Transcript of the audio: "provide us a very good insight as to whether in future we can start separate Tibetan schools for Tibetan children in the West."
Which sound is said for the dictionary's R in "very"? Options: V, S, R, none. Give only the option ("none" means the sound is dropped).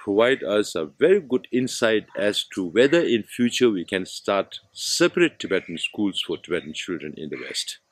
R